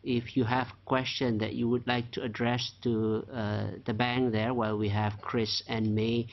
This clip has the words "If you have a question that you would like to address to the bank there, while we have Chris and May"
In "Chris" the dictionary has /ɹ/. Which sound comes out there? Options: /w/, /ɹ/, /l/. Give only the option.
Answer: /ɹ/